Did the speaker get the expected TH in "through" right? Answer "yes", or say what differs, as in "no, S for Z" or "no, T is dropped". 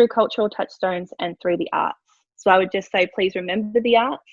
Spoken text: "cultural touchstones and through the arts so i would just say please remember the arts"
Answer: yes